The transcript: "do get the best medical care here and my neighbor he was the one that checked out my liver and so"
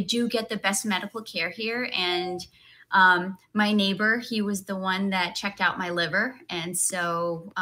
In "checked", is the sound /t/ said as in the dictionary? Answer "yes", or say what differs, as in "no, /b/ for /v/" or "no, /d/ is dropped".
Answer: yes